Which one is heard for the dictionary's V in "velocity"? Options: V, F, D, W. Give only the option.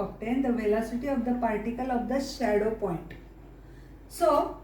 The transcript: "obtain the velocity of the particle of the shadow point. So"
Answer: V